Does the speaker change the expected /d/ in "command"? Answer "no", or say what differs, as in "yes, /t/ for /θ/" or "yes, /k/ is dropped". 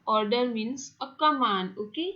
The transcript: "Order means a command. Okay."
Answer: yes, /d/ is dropped